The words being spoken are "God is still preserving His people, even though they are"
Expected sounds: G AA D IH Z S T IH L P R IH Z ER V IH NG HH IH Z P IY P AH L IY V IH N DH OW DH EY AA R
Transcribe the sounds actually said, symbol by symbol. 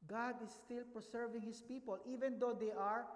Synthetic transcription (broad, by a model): G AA D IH S T IH L P R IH S ER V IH NG HH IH S P IY P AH L IY V IH N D OW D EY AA R